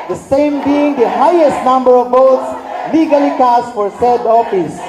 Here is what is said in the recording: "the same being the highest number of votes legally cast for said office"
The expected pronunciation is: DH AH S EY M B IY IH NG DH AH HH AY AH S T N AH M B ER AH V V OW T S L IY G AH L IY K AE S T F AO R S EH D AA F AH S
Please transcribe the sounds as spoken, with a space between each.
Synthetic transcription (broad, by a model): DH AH S EY M B IY IH NG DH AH HH AY AH S T N AH M B ER AH V B OW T S L IY G AH L IY K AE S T F AO R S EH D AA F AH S